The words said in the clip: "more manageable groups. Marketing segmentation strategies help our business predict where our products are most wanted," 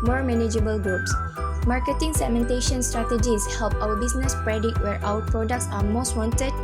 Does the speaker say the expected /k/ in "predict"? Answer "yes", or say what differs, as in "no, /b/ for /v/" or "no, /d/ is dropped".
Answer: no, /k/ is dropped